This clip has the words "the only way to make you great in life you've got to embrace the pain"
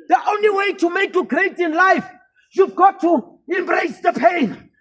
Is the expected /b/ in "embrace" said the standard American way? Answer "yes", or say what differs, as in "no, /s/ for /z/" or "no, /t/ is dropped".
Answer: yes